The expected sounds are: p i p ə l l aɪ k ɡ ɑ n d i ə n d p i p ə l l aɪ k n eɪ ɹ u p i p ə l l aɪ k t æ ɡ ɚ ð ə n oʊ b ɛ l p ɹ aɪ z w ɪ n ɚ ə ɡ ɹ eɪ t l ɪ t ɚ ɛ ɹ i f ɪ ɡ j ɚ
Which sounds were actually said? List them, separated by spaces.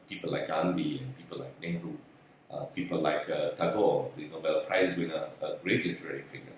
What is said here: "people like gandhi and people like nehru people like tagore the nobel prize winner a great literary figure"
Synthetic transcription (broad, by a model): p i p ə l l aɪ k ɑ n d i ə n p i p ə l l aɪ k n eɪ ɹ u p i p ə l l aɪ k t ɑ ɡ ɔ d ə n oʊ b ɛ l p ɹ aɪ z w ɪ n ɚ ə ɡ ɹ eɪ t l ɪ t ɚ ɛ ɹ i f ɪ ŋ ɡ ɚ